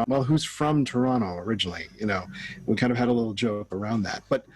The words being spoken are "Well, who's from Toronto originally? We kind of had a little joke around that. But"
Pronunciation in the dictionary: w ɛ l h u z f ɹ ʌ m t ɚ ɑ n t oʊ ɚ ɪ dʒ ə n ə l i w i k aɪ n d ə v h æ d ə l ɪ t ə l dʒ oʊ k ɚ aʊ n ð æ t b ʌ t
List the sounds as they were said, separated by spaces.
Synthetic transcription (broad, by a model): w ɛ l h u z f ɹ ʌ m t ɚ ɑ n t oʊ ɚ ɪ dʒ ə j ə n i w i k aɪ n d ə v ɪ d ə l ɪ t l dʒ oʊ k ɚ aʊ n ð æ t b ʌ t